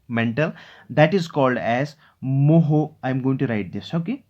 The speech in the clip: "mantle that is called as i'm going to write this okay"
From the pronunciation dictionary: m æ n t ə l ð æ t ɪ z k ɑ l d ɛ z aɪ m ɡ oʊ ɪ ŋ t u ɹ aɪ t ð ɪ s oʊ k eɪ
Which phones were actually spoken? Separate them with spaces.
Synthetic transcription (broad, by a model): m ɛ n t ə l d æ t ɪ z k ɑ l d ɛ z aɪ m ɡ oʊ ɪ ŋ t u ɹ aɪ t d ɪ s oʊ k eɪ